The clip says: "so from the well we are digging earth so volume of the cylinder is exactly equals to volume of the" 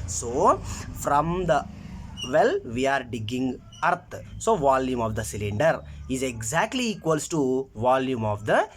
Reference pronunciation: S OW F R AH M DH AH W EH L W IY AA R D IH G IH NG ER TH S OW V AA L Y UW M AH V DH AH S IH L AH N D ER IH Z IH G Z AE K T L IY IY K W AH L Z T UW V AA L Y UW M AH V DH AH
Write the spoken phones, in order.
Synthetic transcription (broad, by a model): S OW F R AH M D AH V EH L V IY AA R D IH G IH NG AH T S OW V AA L Y UW M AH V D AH S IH L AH N D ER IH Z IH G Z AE K T L IY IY K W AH L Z T UW V AA L Y UW M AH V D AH